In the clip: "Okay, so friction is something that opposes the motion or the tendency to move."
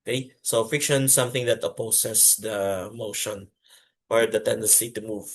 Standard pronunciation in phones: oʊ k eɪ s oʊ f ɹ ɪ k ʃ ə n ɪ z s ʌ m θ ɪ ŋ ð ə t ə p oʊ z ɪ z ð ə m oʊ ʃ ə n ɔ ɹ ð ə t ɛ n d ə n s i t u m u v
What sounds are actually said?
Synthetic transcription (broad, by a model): k eɪ s oʊ f ɪ k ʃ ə n s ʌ m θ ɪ ŋ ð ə t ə p oʊ s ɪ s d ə m oʊ ʃ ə n ɔ ɹ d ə t ɛ n d ə n s i t u m u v